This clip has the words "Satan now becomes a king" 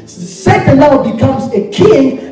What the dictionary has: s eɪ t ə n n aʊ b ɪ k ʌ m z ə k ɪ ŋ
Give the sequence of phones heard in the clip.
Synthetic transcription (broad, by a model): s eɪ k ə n l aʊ b ɪ k ʌ m z ə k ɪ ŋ